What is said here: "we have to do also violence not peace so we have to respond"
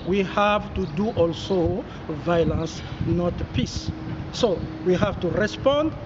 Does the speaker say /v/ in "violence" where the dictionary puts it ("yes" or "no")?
yes